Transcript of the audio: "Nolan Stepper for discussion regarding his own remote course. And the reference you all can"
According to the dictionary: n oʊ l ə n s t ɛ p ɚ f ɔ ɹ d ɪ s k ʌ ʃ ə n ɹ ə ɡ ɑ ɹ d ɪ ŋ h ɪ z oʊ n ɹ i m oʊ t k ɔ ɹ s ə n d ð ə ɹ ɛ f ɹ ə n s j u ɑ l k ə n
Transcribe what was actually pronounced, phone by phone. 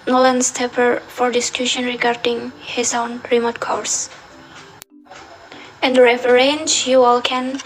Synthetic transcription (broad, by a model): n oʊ l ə n s t ɛ p ɚ f ɔ ɹ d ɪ s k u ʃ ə n ɹ ə ɡ ɑ ɹ d ɪ ŋ h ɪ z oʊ n ɹ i m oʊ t k ɔ ɹ s ə n d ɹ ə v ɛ ɹ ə n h j u ɑ l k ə n